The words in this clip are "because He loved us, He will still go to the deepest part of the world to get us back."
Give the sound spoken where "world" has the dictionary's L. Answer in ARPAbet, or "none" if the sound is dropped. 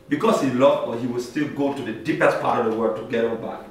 none